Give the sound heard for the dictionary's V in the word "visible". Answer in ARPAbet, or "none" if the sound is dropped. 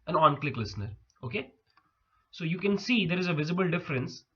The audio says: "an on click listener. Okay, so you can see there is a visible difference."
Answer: V